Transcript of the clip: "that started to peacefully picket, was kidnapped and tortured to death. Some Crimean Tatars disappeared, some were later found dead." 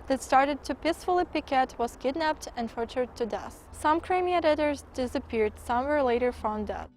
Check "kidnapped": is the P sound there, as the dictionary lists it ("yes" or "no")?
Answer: yes